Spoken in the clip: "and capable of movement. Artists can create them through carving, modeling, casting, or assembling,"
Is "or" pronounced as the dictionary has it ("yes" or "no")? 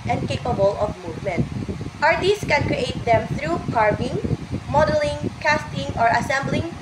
yes